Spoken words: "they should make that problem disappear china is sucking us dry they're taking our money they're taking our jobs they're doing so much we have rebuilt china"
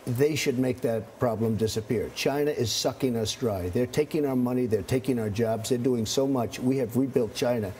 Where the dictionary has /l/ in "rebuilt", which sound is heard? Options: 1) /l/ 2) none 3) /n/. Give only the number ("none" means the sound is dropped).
1